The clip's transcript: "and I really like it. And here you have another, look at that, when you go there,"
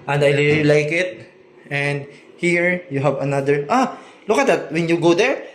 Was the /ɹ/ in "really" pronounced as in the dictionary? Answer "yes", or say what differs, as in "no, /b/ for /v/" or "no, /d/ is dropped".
no, /l/ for /ɹ/